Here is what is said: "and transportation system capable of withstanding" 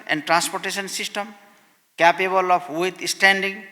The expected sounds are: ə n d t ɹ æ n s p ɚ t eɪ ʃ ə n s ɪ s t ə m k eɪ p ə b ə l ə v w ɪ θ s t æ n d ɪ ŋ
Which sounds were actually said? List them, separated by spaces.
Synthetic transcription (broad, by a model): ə n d t ɹ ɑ n s p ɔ t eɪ s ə n s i s t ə m k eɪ p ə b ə l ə p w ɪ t s t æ n d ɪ ŋ